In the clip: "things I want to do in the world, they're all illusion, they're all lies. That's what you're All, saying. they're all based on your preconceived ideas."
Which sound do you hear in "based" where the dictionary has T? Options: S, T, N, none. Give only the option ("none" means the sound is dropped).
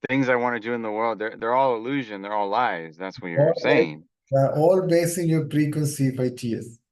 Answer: none